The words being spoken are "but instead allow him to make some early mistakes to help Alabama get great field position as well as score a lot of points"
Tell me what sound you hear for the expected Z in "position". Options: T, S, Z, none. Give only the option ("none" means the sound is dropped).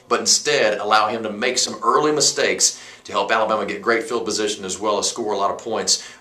Z